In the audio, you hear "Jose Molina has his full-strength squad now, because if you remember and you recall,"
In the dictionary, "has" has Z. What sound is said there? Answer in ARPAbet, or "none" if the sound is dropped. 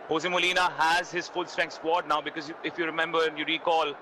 Z